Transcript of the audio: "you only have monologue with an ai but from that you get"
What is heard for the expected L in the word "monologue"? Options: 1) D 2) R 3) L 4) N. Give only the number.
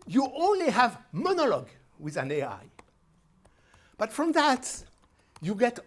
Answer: 3